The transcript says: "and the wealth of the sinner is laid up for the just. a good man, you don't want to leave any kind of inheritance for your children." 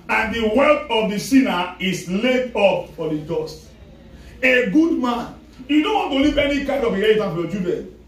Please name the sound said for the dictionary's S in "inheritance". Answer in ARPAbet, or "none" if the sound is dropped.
none